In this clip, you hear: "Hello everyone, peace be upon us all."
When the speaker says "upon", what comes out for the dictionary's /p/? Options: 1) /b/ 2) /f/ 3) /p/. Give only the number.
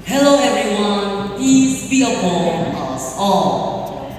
1